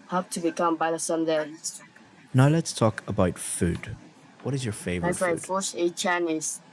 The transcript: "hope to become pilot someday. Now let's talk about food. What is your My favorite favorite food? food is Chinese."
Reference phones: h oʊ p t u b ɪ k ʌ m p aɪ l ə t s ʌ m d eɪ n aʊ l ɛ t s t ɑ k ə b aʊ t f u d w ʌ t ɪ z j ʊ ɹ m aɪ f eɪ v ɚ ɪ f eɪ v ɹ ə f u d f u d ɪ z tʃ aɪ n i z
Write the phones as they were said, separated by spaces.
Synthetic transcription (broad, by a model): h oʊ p t u b ɪ k ʌ m b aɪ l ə s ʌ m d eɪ n aʊ l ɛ t s t ɑ k ə b aʊ t f u d w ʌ t ɪ z j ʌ ɹ f eɪ v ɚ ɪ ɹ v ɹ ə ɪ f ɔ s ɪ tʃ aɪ n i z